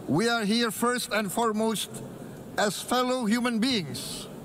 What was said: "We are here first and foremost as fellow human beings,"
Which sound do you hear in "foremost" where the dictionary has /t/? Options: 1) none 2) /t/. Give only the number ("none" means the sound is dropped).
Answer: 2